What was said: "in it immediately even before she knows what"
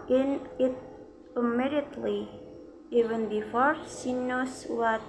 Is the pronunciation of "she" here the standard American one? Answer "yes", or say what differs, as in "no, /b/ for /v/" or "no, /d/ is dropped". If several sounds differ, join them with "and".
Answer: no, /s/ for /ʃ/